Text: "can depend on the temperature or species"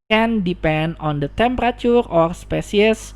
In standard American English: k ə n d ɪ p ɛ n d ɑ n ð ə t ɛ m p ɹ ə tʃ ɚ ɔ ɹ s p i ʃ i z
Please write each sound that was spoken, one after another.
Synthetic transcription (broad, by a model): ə n d ɪ p ɛ n d ɑ n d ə t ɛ m p ɹ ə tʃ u ɔ ɹ s p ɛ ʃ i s